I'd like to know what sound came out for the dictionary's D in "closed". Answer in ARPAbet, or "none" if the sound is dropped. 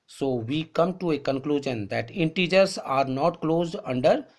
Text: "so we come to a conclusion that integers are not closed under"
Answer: D